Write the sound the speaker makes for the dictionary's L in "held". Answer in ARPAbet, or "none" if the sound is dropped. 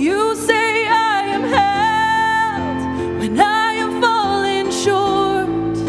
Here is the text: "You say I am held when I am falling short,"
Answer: none